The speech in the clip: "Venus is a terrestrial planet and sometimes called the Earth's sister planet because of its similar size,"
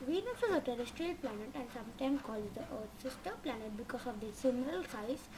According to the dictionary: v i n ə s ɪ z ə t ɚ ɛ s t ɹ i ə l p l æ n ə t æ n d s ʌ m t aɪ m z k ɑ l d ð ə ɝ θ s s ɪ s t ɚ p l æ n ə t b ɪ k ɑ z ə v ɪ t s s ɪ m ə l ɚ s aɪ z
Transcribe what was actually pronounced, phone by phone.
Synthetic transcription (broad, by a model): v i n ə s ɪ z ə t ɚ ɛ s t ɹ i ə l p l æ n ə t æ n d s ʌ m t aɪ m k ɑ l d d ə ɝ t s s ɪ s t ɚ p l æ n ə t b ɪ k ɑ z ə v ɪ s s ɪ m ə l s aɪ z